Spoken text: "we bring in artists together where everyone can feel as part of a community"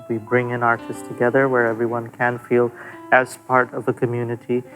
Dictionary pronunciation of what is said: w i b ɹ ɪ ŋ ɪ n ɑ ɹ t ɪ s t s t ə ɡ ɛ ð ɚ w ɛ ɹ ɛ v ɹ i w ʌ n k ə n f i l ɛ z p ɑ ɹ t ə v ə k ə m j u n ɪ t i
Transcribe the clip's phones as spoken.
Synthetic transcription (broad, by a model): w i b ɹ ɪ ŋ ɪ n ɑ ɹ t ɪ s s t ə ɡ ɛ ð ɚ w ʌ ɹ ɛ v ɹ i w ʌ n k ə n f i l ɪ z p ɑ ɹ t ə v ə k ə m j u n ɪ t i